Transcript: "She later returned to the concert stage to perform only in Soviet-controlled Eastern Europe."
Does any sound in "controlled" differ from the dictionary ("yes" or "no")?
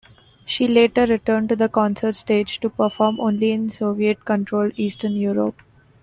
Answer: yes